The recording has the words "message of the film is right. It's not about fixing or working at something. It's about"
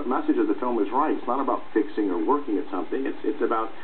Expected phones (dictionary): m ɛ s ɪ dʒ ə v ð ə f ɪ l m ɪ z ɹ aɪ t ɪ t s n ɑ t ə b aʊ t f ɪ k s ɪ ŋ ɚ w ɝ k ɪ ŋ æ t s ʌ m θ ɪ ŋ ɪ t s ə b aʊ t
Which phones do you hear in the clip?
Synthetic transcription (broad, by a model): m ɛ s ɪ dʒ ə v ð ə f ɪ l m ɪ z ɹ aɪ t ɪ t s n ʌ t ə b aʊ t f ɪ k s ɪ ŋ ɚ w ɝ k ɪ ŋ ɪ t s ʌ m θ ɪ ŋ ɪ t s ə b aʊ t